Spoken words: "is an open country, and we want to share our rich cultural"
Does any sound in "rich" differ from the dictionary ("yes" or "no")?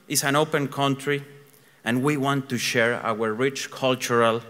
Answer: no